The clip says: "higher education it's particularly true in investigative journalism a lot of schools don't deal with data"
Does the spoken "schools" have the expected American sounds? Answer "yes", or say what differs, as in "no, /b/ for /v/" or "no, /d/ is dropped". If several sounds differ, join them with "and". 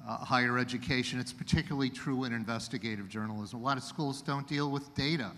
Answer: yes